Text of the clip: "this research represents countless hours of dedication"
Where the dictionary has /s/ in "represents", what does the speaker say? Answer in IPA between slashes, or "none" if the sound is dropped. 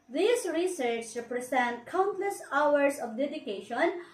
none